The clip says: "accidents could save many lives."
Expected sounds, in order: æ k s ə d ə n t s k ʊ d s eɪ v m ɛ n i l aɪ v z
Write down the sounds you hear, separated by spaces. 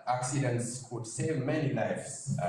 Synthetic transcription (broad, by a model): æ k s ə d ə n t s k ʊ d s eɪ v m ɛ n i l aɪ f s